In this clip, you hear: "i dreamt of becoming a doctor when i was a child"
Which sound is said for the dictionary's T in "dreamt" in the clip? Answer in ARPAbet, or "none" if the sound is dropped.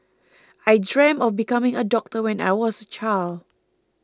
none